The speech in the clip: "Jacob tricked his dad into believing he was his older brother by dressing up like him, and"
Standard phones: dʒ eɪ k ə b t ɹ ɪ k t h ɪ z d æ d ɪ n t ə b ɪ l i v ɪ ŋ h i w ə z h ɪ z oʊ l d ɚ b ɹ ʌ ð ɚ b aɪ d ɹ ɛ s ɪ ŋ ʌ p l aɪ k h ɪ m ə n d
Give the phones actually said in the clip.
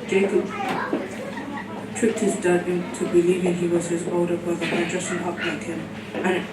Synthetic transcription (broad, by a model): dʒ eɪ k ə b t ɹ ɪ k t h ɪ z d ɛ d ɪ n t ə b ɪ l i v ɪ ŋ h i w ə z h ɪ z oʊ d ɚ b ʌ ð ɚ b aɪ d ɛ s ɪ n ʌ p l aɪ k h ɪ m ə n